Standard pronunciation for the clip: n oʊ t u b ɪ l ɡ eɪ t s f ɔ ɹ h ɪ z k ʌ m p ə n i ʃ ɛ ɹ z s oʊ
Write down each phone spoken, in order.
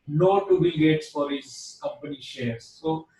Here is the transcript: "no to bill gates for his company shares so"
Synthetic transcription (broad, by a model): n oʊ t u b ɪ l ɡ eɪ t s f ɔ ɹ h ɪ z k ʌ m p ə n i ʃ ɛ ɹ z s oʊ